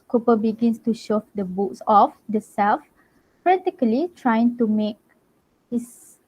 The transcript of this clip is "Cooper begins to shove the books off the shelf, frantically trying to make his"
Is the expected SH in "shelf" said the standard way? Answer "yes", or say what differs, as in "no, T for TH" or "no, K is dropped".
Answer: no, S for SH